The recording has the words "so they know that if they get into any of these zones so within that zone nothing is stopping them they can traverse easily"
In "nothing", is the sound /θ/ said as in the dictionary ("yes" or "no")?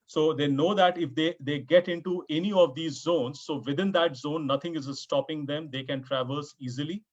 no